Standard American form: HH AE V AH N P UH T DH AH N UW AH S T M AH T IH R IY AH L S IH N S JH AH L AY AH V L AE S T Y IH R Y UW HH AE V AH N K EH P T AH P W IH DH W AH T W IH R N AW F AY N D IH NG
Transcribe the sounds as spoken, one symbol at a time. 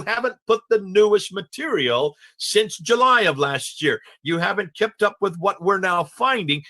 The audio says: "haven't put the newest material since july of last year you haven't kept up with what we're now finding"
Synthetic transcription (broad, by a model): HH AE V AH N P UH T DH AH N UW AH S T M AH T IH R IY L S IH N S JH AH L AY AH V L AE S T Y IH R Y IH HH AE V AH N K EH P T AH P W IH DH W AH T W IH R N AW F AY N D IH NG